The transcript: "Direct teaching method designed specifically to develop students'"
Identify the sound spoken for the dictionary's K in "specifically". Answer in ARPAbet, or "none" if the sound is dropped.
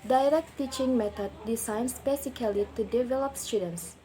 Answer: none